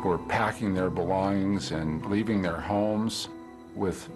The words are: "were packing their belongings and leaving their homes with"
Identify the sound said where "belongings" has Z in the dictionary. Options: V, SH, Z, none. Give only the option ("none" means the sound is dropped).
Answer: Z